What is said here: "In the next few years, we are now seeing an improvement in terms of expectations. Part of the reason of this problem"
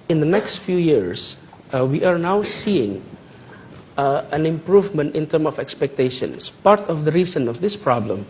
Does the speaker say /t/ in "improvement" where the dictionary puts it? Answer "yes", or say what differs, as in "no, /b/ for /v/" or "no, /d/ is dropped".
yes